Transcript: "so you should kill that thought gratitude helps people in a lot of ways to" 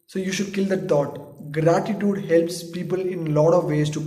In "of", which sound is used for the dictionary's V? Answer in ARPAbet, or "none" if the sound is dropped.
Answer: V